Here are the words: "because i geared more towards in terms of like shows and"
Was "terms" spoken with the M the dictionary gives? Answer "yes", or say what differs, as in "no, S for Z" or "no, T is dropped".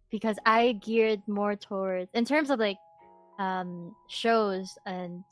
yes